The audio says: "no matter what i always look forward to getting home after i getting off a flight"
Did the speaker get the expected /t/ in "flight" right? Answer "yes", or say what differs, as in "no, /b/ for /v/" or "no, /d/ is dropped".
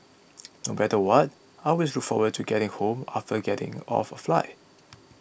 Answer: no, /t/ is dropped